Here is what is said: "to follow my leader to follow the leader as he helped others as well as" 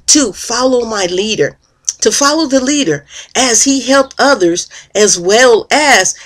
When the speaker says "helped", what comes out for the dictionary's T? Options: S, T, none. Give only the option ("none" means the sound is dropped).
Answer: T